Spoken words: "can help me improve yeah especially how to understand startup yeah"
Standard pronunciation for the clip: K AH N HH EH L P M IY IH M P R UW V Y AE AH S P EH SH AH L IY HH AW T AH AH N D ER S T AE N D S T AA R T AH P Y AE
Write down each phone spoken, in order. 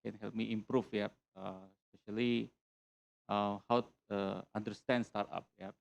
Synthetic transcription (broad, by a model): K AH N HH EH L P M IY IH M P R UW F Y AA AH S P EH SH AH L IY HH AW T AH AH N D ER S T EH N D S T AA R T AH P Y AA